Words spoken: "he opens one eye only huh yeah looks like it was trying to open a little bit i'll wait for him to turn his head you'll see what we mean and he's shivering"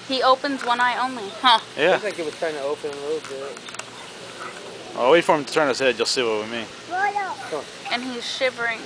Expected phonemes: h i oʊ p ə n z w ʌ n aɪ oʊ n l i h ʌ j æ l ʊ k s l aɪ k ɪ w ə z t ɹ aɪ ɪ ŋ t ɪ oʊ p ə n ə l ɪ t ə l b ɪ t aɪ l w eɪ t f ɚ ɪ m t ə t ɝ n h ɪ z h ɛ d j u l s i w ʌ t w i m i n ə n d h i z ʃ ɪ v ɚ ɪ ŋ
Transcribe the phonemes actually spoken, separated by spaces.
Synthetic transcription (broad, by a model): h i oʊ p ə n z w ʌ n aɪ oʊ n l i h ʌ j æ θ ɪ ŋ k ɪ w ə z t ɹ aɪ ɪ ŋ t ɪ oʊ p ə n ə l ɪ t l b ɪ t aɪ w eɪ f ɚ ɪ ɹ t ə t ɝ n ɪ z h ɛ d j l s i w ʌ t w i m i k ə n i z ʃ ɪ v ɚ ɪ ŋ